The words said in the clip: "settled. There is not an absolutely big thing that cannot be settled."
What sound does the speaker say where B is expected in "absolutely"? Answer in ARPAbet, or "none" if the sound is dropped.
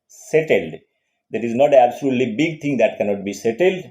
B